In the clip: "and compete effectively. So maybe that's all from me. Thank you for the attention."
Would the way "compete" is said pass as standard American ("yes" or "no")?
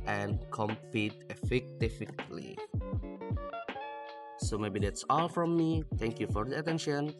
yes